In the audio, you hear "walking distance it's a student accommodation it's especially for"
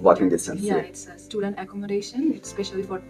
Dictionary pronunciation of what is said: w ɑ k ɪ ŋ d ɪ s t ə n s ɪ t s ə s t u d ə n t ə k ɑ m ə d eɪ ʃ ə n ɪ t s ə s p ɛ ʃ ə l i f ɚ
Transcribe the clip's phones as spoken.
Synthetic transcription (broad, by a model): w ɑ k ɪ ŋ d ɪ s s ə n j ɪ t s ə s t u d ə n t ə k ɑ m ə d eɪ ʃ ə n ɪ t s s p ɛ ʃ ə l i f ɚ